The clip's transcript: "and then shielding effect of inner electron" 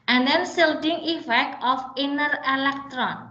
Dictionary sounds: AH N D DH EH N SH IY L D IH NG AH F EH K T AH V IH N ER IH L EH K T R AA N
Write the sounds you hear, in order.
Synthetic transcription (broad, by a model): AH N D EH N S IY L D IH NG AH F EH K T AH F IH N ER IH L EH K T R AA N